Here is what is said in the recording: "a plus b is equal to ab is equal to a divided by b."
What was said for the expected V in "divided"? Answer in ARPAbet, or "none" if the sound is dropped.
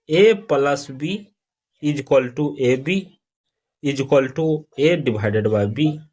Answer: B